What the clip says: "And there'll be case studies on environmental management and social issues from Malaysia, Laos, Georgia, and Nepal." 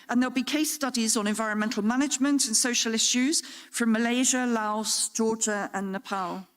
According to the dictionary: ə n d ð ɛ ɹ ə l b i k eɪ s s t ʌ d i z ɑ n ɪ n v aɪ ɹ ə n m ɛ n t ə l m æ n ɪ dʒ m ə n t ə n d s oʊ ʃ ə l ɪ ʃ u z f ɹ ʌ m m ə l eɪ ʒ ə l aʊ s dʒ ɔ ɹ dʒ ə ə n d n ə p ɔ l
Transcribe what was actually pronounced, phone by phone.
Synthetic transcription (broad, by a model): ə n ð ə l b i k eɪ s s t ʌ d i z n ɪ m v aɪ ɹ ə n m ɛ n t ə l m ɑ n ɪ dʒ m ə n t ə n s oʊ ʃ ə l ɪ ʃ u z f ɹ ʌ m m ə l eɪ ʒ ə l aʊ s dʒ ɔ dʒ ə ə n n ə p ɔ l